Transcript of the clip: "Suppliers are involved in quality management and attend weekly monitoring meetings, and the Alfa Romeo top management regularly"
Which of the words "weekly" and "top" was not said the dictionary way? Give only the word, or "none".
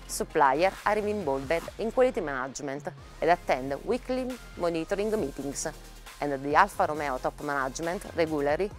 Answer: none